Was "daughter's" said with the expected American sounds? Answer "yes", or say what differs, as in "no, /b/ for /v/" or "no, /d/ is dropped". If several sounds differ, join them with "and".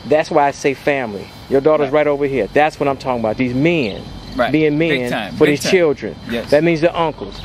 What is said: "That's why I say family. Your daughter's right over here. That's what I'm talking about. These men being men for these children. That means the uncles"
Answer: yes